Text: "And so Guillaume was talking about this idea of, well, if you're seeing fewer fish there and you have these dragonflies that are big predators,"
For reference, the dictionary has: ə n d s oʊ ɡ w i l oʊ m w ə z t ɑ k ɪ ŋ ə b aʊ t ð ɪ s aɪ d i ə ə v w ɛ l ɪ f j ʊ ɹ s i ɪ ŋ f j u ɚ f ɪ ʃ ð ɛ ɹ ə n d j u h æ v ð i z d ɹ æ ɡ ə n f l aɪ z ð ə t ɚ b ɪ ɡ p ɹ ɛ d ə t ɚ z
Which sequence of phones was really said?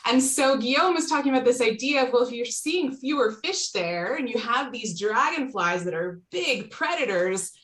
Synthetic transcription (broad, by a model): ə n s oʊ ɡ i oʊ m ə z t ɑ k ɪ ŋ ə b aʊ t ð ɪ s aɪ d i ə ə v w ɛ l ɪ f j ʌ ɹ s i ɪ ŋ f j u ɚ f ɪ ʃ ð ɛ ɹ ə n j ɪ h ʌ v ð i z d ɹ æ ɡ ə n f l aɪ z ð ə t ɚ b ɪ ɡ p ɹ ɛ d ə t ɚ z